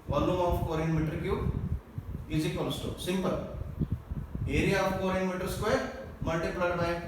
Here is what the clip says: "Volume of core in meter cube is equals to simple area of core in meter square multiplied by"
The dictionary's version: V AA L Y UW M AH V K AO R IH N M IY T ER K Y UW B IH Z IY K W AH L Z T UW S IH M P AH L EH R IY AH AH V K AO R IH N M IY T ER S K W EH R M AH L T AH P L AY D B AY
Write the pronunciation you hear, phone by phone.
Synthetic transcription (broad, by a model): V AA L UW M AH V K AO R IH N M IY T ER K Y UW IH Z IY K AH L S T UW S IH M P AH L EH R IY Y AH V K AO R IH N M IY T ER S K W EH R M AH L T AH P L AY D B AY